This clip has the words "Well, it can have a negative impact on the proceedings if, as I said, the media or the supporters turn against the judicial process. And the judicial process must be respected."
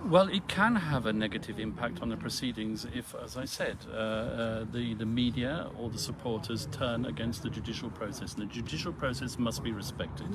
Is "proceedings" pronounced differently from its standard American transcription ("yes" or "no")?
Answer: no